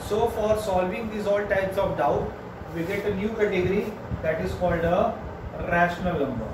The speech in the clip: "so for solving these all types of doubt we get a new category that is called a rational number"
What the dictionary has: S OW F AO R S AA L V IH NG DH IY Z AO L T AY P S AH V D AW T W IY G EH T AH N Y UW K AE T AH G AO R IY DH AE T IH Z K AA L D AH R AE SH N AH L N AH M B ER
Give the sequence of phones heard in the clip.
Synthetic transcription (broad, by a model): S OW F AO R S AA L V IH NG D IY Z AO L T AY P S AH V D AW T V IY G EH T AH N Y UW K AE T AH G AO R IY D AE T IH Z K AA L D AH R AE SH N AH L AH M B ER